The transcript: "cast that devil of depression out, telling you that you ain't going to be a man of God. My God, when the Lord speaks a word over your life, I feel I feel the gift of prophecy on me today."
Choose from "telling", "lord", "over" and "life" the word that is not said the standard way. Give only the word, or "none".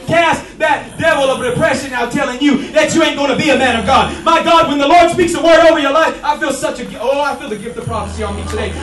none